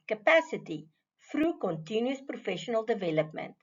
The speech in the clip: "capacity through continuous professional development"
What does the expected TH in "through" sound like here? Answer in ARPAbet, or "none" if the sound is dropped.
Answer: F